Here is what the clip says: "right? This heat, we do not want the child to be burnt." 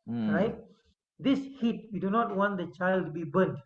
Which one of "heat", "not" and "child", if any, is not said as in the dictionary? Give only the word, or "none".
none